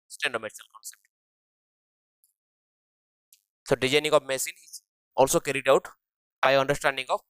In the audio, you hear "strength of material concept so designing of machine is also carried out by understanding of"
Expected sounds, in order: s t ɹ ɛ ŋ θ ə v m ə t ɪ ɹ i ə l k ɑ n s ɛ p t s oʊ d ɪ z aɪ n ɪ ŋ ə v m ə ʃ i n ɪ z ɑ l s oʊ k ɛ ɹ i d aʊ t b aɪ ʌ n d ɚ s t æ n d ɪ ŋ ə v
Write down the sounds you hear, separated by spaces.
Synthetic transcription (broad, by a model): s t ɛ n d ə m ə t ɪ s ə l k ɑ n s ɛ p t s oʊ d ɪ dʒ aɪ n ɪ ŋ ə v m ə s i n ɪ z ɑ l s oʊ k ɛ ɹ i d aʊ t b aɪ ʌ n d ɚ s t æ n d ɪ ŋ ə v